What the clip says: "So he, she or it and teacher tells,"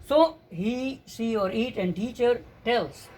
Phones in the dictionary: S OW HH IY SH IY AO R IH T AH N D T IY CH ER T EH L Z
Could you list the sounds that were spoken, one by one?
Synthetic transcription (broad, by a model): S OW HH IY S IY AO R IH T AH N D T IY CH ER T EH L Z